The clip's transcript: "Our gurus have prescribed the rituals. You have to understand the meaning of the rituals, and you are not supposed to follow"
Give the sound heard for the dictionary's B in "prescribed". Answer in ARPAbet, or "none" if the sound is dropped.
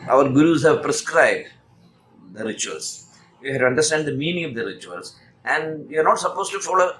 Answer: B